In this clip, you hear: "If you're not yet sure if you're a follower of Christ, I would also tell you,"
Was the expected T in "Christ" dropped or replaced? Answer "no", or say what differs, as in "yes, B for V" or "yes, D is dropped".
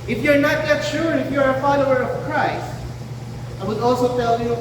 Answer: no